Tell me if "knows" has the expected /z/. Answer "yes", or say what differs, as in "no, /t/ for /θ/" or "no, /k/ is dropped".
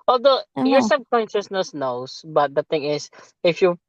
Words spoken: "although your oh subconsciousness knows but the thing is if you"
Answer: no, /s/ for /z/